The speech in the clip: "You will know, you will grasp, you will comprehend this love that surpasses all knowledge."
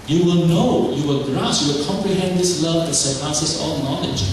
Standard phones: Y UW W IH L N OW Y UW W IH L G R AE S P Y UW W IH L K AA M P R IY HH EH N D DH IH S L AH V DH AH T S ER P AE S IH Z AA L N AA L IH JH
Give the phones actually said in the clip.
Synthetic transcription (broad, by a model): Y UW W IH L N OW Y UW W IH L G R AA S Y UW W IH L K AA M P R IY HH EH N D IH S L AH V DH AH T S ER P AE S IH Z AA L N AA L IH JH